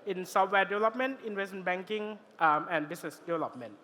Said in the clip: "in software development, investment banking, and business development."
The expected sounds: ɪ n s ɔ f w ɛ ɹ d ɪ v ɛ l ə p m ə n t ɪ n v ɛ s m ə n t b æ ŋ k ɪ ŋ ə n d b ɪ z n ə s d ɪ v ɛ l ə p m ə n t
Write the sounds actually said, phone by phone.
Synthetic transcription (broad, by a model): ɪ n s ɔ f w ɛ d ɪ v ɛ l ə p m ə n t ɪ n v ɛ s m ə n b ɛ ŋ k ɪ ŋ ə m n b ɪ s n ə s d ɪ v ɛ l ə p m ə n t